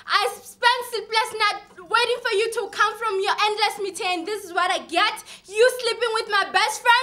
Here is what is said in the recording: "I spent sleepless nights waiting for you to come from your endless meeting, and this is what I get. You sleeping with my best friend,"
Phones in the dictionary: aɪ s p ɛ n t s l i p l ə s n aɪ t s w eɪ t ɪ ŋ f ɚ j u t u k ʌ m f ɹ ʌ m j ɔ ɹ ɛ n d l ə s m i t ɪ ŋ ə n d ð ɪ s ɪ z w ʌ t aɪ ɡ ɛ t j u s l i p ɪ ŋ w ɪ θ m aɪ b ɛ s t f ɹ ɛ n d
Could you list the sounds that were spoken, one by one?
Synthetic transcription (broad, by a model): aɪ s p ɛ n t s i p l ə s n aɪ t w eɪ t ɪ ŋ f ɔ j u t u k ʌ m f ɹ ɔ m j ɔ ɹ ɛ n d l ə s m i t ɪ ŋ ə n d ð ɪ s ɪ z w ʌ t aɪ ɡ ɛ t j u s l i p ɪ ŋ w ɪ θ m aɪ b ɛ s t f ɹ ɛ n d